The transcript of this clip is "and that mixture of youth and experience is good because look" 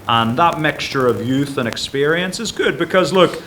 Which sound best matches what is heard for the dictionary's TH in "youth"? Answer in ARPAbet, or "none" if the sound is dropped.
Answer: TH